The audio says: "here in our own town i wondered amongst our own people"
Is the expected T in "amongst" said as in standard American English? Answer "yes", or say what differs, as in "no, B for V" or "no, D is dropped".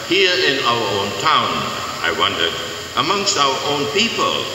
yes